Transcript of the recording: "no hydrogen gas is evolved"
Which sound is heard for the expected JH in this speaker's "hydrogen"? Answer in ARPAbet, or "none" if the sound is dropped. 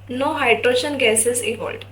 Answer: SH